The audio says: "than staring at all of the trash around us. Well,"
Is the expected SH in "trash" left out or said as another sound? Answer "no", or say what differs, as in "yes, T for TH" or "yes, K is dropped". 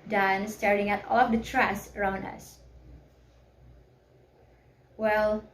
yes, S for SH